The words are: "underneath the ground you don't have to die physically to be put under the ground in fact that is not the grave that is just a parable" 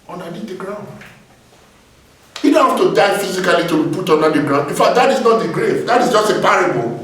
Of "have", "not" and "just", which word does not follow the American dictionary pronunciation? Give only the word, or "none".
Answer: have